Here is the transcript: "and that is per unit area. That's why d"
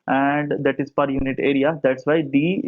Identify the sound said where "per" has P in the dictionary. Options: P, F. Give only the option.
P